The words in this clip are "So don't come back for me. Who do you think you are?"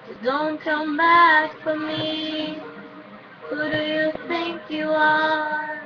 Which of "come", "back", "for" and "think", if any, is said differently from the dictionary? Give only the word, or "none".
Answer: none